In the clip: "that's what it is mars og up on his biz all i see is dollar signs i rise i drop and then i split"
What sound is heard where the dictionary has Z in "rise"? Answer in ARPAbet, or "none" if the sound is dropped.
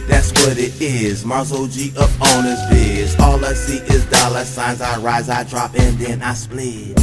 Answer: Z